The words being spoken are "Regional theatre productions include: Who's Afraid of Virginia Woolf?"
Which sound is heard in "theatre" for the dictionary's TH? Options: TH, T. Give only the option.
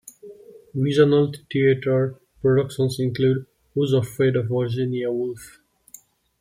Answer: T